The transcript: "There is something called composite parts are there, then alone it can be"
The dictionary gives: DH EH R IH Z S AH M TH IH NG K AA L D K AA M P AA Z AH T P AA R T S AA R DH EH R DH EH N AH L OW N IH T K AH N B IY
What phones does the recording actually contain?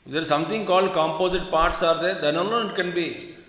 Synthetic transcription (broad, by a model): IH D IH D S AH M T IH NG K AA L D K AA M P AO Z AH T P AA R T S AA R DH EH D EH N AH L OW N IH T K AH N B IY